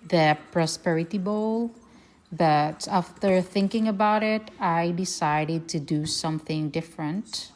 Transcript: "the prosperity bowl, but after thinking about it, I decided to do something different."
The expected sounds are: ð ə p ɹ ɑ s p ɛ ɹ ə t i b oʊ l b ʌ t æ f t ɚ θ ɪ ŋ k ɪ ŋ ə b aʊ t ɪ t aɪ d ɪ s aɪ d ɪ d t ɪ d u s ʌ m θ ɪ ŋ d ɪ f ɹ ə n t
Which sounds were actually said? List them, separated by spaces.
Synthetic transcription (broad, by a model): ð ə p ɹ ɑ s p ɛ ɹ ə t i b oʊ l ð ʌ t æ f t ɚ θ ɪ ŋ k ɪ ŋ ə b aʊ t ɪ t aɪ d ɪ s aɪ d ɪ d t ɪ d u s ʌ m θ ɪ ŋ d ɪ f ɹ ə n t